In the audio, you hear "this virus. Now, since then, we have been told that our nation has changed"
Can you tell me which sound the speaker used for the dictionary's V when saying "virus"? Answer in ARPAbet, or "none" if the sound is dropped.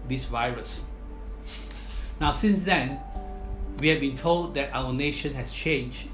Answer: V